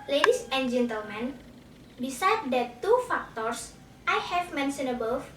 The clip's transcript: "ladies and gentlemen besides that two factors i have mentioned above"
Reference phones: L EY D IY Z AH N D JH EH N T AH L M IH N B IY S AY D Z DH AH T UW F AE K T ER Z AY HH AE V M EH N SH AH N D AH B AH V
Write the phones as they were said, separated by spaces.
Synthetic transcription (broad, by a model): L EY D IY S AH N JH EH N T AH L M IH N B IY S AY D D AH T UW F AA K T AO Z AY HH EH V M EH N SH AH N AH B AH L